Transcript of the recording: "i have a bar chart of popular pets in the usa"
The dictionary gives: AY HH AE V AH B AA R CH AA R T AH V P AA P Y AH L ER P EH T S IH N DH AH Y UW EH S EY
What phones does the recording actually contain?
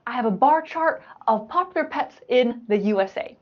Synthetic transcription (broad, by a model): AY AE V AH B AA R CH AA R T AH V P AA P Y L ER P EH T S IH N DH AH Y UW EH S EY